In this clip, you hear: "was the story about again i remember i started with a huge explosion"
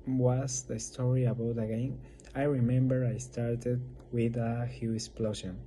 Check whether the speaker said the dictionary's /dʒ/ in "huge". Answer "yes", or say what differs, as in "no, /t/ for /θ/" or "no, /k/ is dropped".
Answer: no, /dʒ/ is dropped